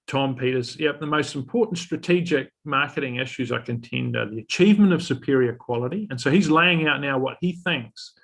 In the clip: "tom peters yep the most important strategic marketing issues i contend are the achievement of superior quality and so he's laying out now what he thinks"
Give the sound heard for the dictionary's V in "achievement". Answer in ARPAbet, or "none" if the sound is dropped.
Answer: V